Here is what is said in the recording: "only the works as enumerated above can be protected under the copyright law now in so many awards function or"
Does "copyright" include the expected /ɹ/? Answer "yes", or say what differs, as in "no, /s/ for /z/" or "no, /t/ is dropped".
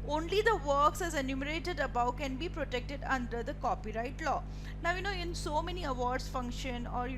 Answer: yes